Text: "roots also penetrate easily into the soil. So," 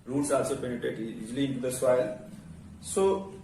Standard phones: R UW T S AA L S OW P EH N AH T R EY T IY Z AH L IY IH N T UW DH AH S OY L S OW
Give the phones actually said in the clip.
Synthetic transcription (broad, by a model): R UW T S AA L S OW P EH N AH T EY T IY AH L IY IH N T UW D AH S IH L S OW